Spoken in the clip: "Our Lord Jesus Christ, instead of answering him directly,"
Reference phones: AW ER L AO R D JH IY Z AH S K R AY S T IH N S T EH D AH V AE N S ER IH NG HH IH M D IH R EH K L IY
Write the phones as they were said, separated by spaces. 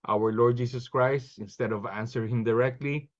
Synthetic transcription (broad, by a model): AW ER L AO R D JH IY S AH S K R AY S T IH N S T EH D AH V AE N S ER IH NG HH IH M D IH R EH K L IY